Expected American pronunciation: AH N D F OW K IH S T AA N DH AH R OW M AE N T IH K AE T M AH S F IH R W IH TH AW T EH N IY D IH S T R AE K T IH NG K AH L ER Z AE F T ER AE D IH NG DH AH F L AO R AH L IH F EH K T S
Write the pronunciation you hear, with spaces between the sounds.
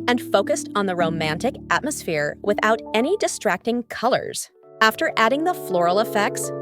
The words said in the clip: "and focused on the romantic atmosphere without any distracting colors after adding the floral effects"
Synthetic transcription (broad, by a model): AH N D F OW K IH S T N DH AH R OW M AE N T IH K AE T M AH S F IH R W IH TH AW T EH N IY D IH S T R AE K T IH NG K AH L ER Z AE F T ER AE D IH NG DH AH F L AO R L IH F EH K T S